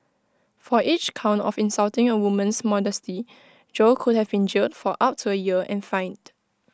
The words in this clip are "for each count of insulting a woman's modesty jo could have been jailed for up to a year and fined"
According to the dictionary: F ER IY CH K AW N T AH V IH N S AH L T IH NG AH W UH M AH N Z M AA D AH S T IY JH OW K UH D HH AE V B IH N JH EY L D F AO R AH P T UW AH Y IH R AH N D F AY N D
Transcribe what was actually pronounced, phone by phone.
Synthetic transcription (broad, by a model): F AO IY CH K AW N T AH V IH N S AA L T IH NG AH W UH M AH N S M AA D AH S T IY JH OW K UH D HH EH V B IH N JH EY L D F AO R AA P T UW AH Y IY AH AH N F AY N D